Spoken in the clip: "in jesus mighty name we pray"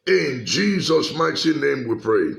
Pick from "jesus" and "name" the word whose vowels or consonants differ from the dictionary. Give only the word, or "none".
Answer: none